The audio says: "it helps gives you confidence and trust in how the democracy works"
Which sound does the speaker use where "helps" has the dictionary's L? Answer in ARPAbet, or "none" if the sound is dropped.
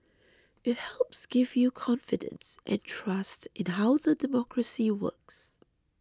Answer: L